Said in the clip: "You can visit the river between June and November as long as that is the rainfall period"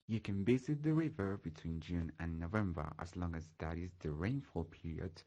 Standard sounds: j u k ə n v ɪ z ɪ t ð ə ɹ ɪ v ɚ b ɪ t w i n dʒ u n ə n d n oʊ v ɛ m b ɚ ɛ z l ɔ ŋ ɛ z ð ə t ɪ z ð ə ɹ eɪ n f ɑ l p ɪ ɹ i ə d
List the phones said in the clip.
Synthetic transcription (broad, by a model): j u k ə n b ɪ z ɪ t ð ə ɹ ɪ v ɚ b ɪ t w i n dʒ u n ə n n oʊ v ɛ m b ɚ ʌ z l ɔ ŋ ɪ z ð ə t ɪ z ð ə ɹ eɪ n f ɑ l p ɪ ɹ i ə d